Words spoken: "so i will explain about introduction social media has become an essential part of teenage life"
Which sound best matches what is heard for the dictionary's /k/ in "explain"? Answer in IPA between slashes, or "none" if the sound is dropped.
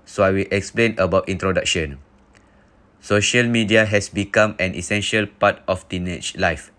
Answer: /k/